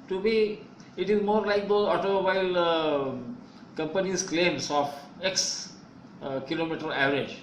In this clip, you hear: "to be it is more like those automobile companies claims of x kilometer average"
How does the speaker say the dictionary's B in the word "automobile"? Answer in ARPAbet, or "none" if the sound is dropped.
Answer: none